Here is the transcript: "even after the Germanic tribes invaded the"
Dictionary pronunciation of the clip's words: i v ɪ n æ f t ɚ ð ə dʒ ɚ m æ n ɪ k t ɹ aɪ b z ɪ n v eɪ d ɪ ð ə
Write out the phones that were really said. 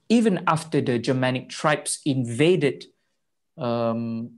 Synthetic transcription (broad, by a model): i v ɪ n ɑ f t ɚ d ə dʒ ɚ m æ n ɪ k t ɹ aɪ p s ɪ n v eɪ d ɪ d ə